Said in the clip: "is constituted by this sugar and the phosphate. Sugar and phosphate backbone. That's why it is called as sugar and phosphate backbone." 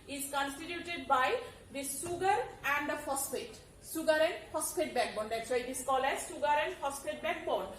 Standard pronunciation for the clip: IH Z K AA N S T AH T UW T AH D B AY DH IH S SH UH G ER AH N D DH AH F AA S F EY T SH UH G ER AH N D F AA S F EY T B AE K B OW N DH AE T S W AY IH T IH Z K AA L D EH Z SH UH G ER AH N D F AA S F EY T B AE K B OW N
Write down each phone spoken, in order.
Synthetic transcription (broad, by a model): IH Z K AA N S T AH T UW T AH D B AY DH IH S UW G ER AH N D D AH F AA S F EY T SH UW G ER AH N D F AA S P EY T B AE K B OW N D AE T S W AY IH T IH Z K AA L EH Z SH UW G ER AH N D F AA S P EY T B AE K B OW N